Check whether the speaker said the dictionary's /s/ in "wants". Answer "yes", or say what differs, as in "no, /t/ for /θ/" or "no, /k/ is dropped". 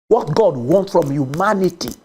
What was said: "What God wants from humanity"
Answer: no, /s/ is dropped